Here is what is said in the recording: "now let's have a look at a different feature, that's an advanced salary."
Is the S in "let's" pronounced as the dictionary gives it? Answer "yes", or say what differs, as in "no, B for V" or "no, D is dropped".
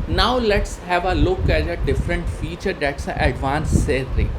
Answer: yes